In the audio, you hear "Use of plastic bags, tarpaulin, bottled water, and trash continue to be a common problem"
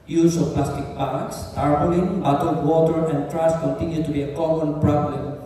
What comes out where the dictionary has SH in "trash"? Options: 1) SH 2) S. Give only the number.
2